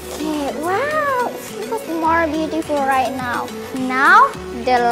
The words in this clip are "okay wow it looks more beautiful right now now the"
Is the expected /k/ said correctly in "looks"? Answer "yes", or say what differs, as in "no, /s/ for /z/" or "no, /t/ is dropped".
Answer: no, /k/ is dropped